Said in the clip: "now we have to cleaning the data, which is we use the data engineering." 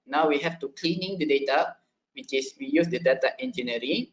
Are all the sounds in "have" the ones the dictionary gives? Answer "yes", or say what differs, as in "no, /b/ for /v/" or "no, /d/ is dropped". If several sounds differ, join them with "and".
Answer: no, /f/ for /v/